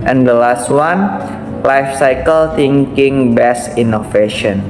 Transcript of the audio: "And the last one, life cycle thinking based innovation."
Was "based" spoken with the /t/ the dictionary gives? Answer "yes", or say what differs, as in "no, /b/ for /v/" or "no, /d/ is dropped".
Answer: no, /t/ is dropped